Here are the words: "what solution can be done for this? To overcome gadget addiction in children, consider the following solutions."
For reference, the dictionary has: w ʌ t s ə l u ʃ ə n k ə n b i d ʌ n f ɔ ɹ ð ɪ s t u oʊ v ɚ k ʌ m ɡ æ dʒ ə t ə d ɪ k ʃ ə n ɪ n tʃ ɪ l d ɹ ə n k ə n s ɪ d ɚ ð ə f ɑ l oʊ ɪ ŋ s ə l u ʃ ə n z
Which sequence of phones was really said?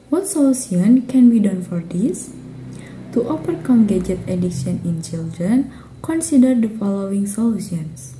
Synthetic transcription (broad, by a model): w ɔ t s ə l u s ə n k ə n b i d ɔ n f ɔ ɹ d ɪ s t u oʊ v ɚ k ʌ m ɡ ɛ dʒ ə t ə d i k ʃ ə n ɪ n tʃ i l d ɹ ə n k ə n s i d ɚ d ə f ɑ l oʊ ɪ ŋ s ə l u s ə n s